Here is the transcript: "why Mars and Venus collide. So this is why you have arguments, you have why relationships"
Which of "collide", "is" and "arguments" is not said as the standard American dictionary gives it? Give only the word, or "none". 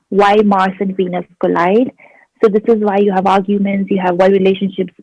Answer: none